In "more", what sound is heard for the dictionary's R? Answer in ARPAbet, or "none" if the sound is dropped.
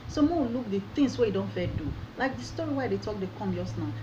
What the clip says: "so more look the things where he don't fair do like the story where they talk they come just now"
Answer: W